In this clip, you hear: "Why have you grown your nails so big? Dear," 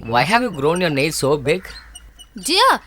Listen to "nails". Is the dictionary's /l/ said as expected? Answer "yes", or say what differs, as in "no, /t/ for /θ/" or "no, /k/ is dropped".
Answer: no, /l/ is dropped